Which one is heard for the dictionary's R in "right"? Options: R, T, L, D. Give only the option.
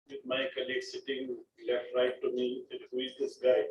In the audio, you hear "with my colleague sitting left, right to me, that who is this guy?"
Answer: R